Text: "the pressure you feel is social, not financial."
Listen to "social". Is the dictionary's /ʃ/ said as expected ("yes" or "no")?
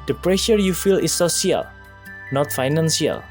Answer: no